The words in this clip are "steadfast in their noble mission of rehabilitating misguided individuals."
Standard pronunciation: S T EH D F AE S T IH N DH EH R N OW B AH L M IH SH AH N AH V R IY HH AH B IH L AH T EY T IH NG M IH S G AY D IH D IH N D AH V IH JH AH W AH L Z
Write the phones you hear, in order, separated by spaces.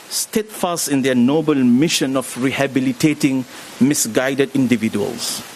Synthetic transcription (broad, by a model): S T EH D F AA S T IH N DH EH N OW B AH L M IH SH AH N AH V R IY HH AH B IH L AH T EY T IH NG M IH S G AY D IH D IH N D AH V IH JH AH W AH L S